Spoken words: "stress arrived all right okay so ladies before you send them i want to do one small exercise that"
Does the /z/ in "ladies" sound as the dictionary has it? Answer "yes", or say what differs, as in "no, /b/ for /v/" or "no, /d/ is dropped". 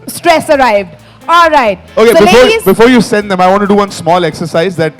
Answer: no, /z/ is dropped